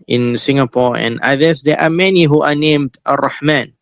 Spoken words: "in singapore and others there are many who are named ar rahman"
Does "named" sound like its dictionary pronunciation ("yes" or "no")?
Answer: yes